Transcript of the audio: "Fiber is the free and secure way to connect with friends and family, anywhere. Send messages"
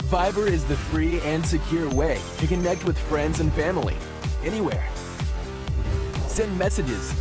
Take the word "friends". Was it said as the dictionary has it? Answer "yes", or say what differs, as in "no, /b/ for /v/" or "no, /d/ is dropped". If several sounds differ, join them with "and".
yes